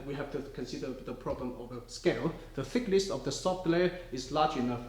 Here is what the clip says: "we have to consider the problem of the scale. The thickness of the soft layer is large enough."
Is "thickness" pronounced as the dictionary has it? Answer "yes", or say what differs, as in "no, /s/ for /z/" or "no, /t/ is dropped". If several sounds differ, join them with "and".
no, /l/ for /n/